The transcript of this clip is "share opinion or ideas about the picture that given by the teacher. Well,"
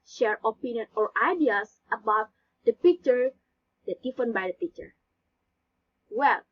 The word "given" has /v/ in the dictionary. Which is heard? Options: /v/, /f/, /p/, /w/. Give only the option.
/f/